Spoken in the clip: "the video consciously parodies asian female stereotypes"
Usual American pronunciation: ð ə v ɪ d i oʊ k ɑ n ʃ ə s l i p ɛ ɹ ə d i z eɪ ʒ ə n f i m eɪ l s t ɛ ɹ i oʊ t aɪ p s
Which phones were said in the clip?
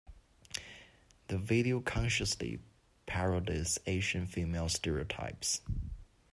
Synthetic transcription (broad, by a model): ð ə v ɪ d i oʊ k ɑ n ʃ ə s l i p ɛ ɹ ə d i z eɪ ʃ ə n f i m eɪ l s t ɛ ɹ i oʊ t aɪ p s